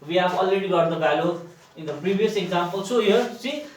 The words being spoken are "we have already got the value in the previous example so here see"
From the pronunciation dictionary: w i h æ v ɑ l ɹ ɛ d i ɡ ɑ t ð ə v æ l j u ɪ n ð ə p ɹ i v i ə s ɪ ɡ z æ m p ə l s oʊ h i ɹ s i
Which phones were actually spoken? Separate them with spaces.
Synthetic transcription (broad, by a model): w i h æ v ɑ l ɹ ɛ d i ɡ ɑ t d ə b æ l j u ɪ n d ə p ɹ i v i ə s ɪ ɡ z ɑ m p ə l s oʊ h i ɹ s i